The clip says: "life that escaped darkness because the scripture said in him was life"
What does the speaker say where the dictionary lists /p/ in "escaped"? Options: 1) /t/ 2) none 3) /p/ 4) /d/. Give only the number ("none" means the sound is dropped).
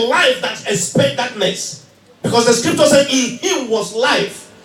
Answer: 2